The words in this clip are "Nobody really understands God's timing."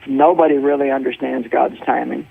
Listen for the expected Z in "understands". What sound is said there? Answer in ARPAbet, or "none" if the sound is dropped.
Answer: Z